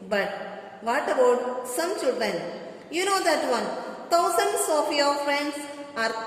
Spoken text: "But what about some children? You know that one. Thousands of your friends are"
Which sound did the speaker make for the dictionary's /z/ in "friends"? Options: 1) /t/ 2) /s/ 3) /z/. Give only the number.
2